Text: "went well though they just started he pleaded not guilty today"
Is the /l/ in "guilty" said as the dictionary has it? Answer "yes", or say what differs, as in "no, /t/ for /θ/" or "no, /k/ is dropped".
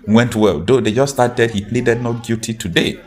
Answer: no, /l/ is dropped